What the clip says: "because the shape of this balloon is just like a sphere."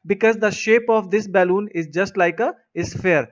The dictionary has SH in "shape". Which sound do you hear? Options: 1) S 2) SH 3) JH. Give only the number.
2